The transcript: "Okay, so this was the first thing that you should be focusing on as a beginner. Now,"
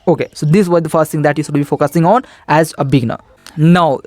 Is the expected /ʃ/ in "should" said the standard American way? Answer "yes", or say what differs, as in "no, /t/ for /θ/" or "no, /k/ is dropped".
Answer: no, /s/ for /ʃ/